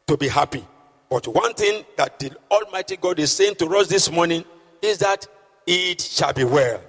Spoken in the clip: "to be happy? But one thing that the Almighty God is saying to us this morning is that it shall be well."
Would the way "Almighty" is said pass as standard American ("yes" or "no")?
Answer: yes